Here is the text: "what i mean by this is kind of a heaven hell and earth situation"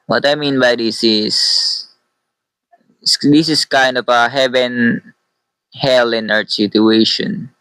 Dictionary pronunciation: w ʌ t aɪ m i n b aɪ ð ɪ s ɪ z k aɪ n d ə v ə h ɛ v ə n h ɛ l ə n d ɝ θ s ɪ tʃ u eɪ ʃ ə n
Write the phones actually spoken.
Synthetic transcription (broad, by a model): w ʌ t aɪ m i n b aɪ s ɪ s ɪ s k aɪ n d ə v ə h ɛ v ə n h ɛ l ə n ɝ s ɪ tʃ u eɪ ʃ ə n